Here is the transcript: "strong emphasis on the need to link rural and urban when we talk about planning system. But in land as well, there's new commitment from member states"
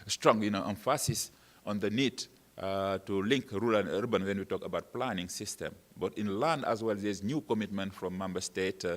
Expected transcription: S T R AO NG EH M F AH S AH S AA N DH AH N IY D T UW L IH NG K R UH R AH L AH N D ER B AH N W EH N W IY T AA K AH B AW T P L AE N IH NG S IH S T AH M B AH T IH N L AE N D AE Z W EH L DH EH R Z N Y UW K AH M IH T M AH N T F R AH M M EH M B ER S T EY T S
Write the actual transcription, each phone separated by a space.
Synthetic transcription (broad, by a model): S T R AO NG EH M F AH S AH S AA N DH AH N IY D T UW L IH NG K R R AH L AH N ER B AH N W EH N W IY T AA K AH B AW T P L AE N IH NG S IH S T AH M B AH T IH N L AE N D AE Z W EH L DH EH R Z N Y UW K AH M IH T M AH N T F R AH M M EH M B ER S T EY T